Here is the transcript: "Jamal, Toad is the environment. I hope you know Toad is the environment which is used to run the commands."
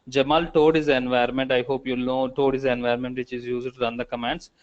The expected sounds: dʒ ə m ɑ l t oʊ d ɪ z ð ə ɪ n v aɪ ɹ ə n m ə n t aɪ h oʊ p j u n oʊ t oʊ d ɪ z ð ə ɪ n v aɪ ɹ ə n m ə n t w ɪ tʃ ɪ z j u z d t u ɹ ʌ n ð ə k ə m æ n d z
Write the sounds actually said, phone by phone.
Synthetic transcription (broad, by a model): dʒ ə m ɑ l t oʊ d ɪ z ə n v aɪ ə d m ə n t aɪ h oʊ p j u l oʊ t oʊ d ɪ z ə n v aɪ ɹ m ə n t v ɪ tʃ ɪ z j u z d t u ɹ ʌ n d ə k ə m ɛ n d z